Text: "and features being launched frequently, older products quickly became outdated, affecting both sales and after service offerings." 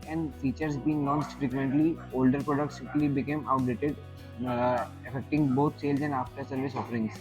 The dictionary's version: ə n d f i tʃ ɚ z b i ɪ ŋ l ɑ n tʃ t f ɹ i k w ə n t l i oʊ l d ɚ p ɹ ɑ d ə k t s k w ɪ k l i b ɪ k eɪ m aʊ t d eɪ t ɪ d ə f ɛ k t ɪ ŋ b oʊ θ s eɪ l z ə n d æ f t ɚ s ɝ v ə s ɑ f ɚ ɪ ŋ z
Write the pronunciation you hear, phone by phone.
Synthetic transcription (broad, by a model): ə n d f i tʃ ɚ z b i ɪ ŋ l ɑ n s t f ɹ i k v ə n t l i oʊ l d ɚ p ɹ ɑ d ə k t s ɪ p l i b ɪ k eɪ m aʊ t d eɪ t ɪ d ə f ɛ k t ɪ ŋ b oʊ t s eɪ l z ə n d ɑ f t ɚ s ɝ v ə s ɑ f ɚ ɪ ŋ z